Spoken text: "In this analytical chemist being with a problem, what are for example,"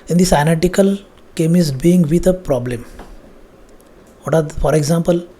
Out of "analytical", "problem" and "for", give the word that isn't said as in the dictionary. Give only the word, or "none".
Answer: analytical